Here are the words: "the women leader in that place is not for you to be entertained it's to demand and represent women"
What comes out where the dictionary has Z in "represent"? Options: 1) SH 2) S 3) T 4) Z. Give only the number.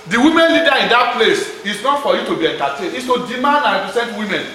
2